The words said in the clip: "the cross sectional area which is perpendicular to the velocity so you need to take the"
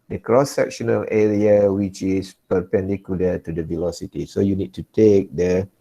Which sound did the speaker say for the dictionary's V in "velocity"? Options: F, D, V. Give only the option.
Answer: V